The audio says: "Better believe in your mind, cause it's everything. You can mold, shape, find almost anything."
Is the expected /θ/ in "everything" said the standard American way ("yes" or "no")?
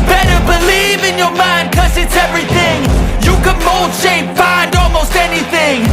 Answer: yes